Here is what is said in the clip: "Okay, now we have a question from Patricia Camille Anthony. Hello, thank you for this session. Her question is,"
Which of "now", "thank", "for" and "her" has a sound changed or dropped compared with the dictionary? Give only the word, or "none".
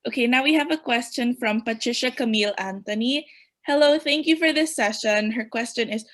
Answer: none